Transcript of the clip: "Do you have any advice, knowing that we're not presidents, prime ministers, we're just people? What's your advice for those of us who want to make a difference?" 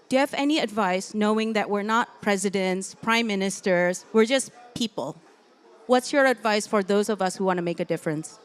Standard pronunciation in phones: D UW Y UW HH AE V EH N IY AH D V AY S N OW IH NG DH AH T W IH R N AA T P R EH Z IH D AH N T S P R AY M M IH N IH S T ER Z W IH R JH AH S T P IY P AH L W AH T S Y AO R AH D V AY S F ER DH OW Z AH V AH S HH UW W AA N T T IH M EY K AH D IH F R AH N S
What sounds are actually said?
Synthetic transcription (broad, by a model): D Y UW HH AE V EH N IY AH D V AY S N OW IH NG DH AH T W IH R N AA T P R EH Z IH D AH N T S P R AY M M IH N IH S T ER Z W IH R JH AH S P IY P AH L W AH T S Y AO R AH D V AY S F ER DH OW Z AH V AH S HH UW W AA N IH M EY K AH D IH F R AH N S